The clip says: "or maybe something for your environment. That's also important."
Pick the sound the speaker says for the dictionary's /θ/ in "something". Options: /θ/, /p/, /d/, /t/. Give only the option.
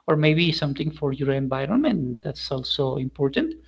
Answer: /t/